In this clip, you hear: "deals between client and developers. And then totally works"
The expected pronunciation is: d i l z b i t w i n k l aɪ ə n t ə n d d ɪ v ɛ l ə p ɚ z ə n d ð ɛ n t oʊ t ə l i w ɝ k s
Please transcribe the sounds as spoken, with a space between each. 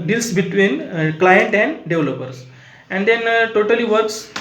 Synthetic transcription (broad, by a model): d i l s b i t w i n k l aɪ ə n t ə n d d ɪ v l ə p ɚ s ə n d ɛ n t oʊ t ə l i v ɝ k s